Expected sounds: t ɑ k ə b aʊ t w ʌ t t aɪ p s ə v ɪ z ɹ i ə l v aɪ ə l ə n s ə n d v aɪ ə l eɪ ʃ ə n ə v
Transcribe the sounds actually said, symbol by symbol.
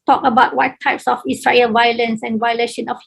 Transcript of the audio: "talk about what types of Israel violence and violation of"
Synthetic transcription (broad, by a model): t ɑ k ə b aʊ t w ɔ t t aɪ p s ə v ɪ s ɹ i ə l v aɪ ə l ə n s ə n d v aɪ ə l eɪ ʃ ə n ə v